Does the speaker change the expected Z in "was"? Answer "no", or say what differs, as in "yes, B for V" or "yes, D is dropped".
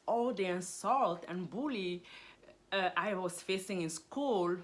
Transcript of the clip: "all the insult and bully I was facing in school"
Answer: yes, S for Z